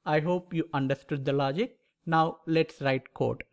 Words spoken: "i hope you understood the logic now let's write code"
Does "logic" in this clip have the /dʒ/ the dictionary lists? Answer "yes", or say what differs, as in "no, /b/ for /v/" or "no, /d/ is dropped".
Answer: yes